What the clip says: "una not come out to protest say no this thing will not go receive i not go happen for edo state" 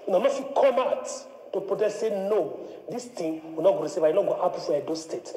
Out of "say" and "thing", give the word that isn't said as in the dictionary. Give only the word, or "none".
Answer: thing